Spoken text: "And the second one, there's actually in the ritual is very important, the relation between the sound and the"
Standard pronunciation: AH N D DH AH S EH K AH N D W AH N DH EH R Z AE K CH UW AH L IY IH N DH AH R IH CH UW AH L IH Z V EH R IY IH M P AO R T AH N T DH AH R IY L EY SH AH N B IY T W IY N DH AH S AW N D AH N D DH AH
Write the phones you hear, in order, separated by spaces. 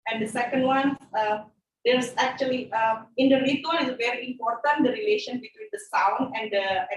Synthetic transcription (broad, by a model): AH N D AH S EH K AH N D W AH N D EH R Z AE K CH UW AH L IY IH N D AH R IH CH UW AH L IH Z V EH R IY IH M P AO R T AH N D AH R IY L EY SH AH N B IY T W IY N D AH S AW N AH N D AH